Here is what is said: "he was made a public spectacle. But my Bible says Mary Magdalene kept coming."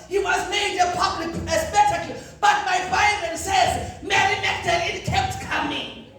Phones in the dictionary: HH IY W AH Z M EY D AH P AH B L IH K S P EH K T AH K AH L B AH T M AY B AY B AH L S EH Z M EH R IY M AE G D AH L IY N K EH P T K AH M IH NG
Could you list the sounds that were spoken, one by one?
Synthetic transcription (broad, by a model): HH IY W AH Z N EY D AH P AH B L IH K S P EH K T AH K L B AH T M AY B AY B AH N S EH Z M EH R IY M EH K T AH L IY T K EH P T K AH M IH NG